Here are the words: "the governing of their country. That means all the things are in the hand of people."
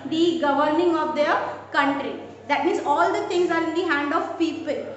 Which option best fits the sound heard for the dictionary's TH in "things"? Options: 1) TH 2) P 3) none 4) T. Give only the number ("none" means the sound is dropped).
4